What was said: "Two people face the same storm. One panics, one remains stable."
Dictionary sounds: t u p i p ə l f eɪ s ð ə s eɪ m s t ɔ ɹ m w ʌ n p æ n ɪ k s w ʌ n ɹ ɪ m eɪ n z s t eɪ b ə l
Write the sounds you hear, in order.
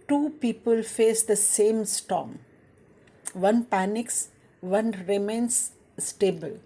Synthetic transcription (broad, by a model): t u p i p ə l f eɪ s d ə s eɪ m s t ɔ m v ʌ n p æ n ɪ k s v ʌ n ɹ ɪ m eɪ n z s t eɪ b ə l